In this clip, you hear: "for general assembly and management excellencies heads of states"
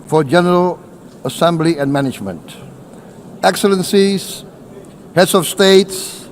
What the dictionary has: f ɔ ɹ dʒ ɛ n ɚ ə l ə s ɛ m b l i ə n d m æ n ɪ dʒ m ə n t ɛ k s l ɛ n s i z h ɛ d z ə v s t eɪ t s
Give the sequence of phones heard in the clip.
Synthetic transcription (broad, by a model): f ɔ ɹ dʒ ɛ n ɚ ə l ə s ɛ m b l i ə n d m æ n ɪ dʒ m ə n t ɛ k s l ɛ n s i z h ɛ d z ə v s t eɪ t s